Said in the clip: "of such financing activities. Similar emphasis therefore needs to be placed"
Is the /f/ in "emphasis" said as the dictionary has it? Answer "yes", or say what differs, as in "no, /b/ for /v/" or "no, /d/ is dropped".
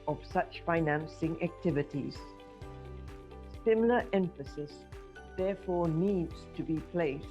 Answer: yes